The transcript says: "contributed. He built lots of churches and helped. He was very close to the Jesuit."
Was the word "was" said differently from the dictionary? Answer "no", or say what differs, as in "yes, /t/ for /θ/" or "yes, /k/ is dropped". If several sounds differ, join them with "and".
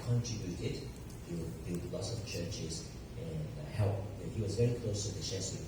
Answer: no